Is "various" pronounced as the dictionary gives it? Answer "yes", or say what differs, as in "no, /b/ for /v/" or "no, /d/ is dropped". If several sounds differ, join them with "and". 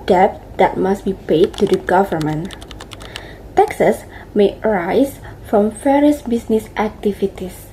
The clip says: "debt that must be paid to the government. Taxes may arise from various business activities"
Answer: no, /f/ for /v/